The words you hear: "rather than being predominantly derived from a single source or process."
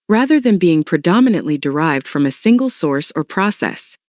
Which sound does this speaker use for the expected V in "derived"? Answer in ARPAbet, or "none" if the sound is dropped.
V